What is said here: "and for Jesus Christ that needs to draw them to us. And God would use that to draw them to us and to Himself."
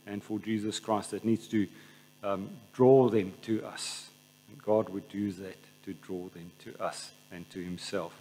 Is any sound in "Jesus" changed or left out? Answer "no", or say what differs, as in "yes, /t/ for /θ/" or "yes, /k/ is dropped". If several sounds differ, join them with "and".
no